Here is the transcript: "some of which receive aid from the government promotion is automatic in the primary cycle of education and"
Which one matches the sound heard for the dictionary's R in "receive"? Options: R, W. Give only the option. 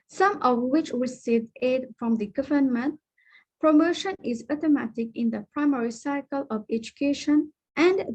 W